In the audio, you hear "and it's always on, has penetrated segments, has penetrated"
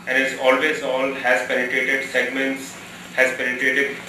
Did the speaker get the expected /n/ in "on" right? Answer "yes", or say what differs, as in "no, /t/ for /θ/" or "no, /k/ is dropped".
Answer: no, /l/ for /n/